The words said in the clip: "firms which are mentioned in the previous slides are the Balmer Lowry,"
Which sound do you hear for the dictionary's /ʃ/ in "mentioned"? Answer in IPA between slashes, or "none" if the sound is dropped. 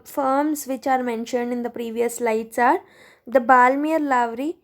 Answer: /ʃ/